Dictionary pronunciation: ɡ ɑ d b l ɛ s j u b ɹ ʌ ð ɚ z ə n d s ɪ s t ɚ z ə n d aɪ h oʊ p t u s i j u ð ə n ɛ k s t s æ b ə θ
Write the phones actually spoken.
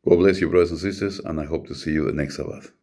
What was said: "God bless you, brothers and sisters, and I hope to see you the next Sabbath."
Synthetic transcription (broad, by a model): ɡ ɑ b l ɛ s j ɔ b ɹ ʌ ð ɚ s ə n s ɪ s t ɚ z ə n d aɪ h oʊ p t u s i j u ð ə n ɛ k s t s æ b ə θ